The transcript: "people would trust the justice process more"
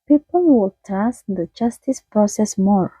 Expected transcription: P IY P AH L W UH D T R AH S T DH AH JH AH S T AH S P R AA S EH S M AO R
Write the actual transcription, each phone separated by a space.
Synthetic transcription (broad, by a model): P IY P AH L W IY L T AA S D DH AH JH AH S T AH S P R AA S EH S M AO R